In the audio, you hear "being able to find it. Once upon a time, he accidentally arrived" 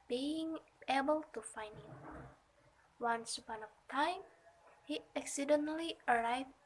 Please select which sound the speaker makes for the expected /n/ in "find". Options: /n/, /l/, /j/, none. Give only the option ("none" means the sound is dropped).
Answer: /n/